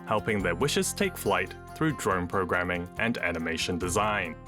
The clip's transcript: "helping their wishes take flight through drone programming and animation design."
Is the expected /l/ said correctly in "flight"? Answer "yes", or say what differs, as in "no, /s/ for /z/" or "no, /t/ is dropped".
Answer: yes